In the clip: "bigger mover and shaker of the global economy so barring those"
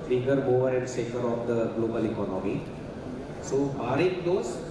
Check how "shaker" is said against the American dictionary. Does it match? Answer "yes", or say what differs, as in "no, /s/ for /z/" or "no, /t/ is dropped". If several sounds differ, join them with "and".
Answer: no, /s/ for /ʃ/